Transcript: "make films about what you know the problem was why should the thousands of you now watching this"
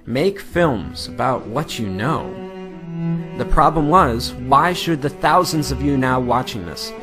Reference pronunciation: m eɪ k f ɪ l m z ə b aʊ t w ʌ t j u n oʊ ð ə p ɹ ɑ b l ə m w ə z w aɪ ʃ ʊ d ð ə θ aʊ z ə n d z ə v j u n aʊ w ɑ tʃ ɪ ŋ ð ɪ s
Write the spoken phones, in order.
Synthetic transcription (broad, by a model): m eɪ k f ɪ l m z ə b aʊ t w ʌ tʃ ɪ n oʊ ð ə p ɹ ɑ b l ə m w ə z w aɪ ʃ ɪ d ð ə θ aʊ z ə n d z ə v j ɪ n aʊ w ɑ tʃ ɪ ŋ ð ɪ s